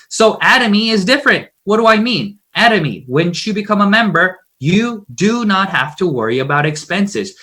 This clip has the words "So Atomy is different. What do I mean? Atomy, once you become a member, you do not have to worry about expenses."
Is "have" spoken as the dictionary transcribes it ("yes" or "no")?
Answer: no